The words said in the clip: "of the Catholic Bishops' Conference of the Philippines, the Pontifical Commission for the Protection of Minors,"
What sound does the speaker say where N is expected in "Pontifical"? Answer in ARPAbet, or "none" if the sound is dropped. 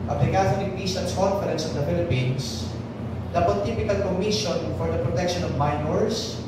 none